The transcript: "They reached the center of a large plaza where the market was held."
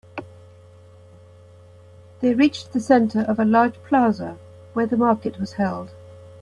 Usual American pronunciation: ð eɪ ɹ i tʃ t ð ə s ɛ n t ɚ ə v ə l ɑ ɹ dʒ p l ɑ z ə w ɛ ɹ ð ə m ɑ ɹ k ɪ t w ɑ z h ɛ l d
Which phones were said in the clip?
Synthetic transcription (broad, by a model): ð eɪ ɹ i tʃ ð ə s ɛ n t ɚ ə v ə l ɑ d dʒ p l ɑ z ə w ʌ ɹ ð ə m ɑ k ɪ t w ɑ z h ɛ l d